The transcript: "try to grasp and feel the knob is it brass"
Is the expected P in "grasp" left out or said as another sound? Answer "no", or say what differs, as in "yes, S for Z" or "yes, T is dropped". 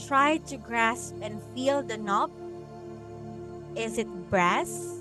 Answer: no